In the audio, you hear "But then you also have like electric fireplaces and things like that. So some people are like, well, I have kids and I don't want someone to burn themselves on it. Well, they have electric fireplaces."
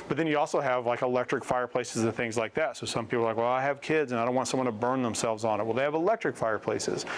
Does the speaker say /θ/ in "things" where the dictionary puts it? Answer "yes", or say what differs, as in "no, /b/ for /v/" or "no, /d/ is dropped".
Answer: yes